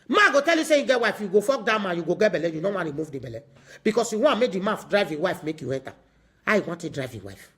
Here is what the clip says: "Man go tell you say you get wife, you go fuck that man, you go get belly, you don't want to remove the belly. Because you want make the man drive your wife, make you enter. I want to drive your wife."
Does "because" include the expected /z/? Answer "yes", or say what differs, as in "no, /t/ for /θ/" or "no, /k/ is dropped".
no, /s/ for /z/